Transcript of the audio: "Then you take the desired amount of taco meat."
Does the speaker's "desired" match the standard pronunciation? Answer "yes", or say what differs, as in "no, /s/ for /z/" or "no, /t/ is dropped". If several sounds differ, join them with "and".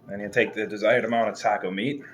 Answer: yes